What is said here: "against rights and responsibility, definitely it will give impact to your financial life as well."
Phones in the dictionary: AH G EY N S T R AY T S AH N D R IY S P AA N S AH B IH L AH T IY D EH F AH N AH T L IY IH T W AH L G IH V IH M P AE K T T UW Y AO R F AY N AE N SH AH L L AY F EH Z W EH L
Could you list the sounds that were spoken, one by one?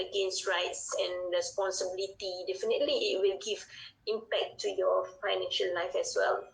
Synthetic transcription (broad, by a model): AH G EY N S T R AY T S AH N R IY S P AA N S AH B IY L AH T IY D EH F AH N AH T L IY IH T W AH L G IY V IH M P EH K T T UW Y AO F AY N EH N SH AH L L AY F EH S W EH L